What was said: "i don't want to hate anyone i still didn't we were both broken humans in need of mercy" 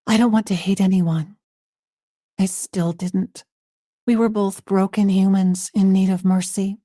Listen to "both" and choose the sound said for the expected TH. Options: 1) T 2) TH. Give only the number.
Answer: 2